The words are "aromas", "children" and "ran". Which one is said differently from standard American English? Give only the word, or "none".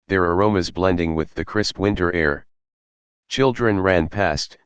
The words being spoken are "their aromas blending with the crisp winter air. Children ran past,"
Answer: none